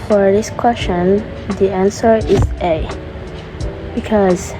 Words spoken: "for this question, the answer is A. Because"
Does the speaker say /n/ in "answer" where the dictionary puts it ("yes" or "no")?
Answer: yes